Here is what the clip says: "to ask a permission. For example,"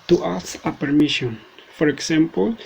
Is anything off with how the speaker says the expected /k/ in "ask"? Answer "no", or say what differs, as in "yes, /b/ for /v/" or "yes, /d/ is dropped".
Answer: yes, /k/ is dropped